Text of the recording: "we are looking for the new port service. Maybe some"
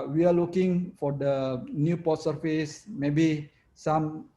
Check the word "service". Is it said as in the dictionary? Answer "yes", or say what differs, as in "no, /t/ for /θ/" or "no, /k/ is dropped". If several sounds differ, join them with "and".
no, /f/ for /v/